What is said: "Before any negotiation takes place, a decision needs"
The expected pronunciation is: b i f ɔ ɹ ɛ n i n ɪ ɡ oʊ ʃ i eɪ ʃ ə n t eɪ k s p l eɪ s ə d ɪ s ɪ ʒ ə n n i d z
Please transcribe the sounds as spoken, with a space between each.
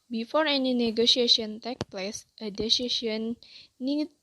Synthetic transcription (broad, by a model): b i f ɔ ɹ ɛ n i n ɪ ɡ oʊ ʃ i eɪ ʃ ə n t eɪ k p l eɪ s ə d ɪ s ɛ ʃ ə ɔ n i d